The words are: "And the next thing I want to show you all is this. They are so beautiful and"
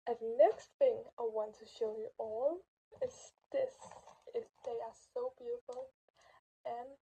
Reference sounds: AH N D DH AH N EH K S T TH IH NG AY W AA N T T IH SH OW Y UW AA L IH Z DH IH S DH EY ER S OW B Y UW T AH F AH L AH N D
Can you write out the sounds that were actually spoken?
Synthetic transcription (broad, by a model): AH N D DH N EH K S T TH IH NG AY W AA N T T IH SH OW Y UW AA L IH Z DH IH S DH EY ER S OW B Y UW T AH F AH L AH N